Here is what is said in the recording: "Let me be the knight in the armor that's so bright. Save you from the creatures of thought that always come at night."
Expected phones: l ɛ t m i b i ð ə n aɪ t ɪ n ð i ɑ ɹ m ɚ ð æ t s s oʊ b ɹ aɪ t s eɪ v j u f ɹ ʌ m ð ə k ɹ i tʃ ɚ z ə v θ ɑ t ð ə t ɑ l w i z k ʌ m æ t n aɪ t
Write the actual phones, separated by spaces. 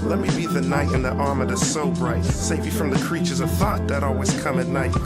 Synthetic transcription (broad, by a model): l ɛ t m i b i ð ə n aɪ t ɪ n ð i ɑ ɹ m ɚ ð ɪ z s s oʊ b ɹ aɪ t s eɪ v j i f ɹ ʌ m ð ə k ɹ i tʃ ɚ z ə θ ɑ t ð ə t ɑ l w i z k ʌ m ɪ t n aɪ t